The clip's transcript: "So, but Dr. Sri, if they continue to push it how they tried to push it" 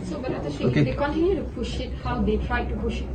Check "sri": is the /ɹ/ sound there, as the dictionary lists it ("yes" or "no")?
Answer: no